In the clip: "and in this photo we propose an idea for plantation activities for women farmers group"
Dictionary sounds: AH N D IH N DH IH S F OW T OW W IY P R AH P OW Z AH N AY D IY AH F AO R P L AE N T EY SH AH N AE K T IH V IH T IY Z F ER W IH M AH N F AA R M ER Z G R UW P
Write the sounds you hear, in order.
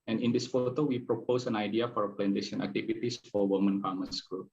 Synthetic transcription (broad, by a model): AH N IH N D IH S F OW T OW W IY P R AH P OW S AH N AY D IY AH F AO R P L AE N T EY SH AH N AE K T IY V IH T IY S F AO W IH M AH N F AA M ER S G R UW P